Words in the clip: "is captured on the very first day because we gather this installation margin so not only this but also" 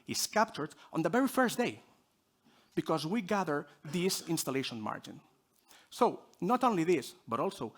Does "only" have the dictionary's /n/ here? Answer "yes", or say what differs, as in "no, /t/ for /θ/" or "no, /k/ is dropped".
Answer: yes